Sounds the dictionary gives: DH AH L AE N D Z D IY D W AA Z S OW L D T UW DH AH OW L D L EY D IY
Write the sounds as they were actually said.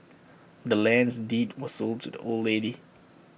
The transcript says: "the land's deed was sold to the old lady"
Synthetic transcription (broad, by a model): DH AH L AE N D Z D IY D W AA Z S OW L D T UW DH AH OW L D L EY D IY